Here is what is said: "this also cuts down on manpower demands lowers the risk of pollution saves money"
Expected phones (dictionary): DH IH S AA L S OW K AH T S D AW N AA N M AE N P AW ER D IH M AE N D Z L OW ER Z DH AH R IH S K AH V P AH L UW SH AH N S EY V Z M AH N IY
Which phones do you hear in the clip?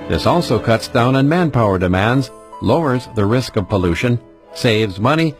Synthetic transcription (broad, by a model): DH IH S AA L S OW K AH T S D AW N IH N M AE N P AW ER D IH M AE N D Z L OW ER Z DH AH R IH S K AH V P AH L UW SH AH N S EY V Z M AH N IY